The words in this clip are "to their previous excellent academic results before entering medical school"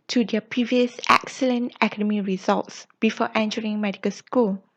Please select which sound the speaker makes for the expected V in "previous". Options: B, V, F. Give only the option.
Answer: V